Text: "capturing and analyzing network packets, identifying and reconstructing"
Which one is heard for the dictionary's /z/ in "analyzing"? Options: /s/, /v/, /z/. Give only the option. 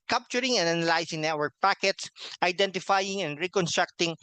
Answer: /s/